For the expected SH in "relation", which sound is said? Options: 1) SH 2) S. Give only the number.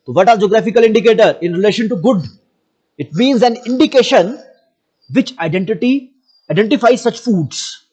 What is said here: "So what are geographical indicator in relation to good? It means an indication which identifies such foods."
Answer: 1